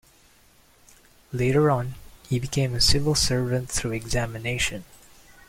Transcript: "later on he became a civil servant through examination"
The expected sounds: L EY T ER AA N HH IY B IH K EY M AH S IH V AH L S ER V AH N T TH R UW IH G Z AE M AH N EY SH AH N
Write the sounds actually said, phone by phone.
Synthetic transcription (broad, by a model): L EY T ER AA N HH IY B IH K EY M AH S IH V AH L S ER V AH N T TH R UW IH G Z AE M AH N EY SH AH N